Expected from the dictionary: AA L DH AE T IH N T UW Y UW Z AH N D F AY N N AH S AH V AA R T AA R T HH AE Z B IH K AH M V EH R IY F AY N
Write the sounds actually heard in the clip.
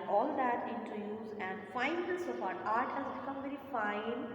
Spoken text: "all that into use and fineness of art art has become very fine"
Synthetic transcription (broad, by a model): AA L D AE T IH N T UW Y UW Z AH N D F AY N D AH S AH B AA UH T AA R T HH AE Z B IH K AH M V EH R IY F AY N